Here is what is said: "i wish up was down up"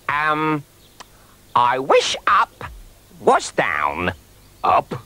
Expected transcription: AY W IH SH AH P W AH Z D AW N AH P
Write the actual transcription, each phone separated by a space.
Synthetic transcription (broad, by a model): AY W IH SH AH P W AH S D AW N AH P